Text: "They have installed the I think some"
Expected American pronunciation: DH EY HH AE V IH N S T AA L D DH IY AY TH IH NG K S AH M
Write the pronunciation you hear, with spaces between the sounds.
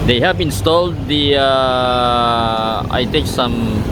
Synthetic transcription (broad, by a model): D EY HH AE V IH N S T AA L D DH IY AY T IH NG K S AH M